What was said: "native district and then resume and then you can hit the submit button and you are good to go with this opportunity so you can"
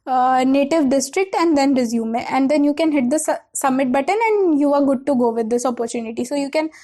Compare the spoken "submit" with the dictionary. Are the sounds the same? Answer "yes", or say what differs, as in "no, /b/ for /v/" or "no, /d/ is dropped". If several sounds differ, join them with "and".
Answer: no, /b/ is dropped